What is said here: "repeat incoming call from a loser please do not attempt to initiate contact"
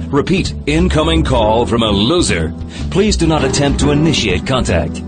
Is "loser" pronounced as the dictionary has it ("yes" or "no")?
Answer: yes